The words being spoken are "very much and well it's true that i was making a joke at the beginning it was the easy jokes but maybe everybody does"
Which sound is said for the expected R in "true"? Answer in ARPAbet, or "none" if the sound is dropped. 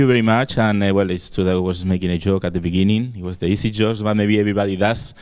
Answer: none